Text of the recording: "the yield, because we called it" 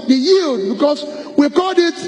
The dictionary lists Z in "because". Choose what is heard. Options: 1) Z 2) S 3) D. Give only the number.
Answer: 2